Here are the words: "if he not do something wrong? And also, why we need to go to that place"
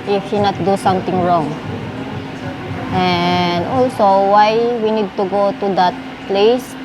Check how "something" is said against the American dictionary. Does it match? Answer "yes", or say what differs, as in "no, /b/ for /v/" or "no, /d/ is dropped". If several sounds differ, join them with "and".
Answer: no, /t/ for /θ/